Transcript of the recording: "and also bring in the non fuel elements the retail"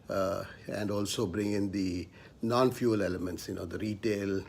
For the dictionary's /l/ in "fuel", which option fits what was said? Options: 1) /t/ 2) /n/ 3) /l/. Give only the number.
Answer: 3